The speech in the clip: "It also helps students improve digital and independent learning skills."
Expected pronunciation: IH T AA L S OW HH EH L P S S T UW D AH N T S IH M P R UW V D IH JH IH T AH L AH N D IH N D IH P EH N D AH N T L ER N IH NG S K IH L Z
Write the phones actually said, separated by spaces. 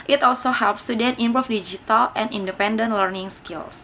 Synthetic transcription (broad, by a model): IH T AA L S OW HH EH L P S S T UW D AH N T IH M P R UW F D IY JH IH T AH L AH N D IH N D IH P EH N D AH N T L ER N IH NG S K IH L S